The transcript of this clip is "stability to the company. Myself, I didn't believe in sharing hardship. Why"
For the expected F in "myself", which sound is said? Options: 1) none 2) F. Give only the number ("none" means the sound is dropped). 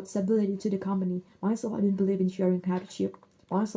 1